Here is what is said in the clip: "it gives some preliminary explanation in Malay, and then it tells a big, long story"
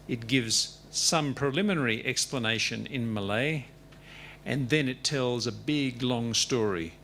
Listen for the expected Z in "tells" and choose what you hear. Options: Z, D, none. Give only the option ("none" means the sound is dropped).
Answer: Z